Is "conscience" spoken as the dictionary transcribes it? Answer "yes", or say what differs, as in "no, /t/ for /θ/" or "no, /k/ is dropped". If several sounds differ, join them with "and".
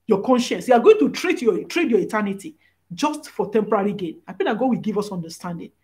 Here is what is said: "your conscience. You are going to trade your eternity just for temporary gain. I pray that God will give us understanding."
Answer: yes